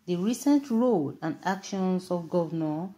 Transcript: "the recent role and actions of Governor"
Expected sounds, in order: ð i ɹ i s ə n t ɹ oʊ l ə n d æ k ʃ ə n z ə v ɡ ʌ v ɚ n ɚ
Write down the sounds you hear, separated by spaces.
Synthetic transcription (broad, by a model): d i ɹ i s ə n t ɹ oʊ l ə n d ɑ k ʃ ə n s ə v ɡ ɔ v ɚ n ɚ